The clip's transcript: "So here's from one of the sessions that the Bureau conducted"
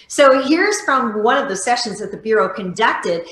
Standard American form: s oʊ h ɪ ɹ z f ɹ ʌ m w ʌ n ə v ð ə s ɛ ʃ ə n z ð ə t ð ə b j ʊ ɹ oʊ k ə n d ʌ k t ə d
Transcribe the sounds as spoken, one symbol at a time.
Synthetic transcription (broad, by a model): s oʊ h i ɹ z f ɹ ʌ m w ʌ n ə v ð ə s ɛ ʃ ə n z ð ə t ð ə b j ʊ ɹ oʊ k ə n d ʌ k t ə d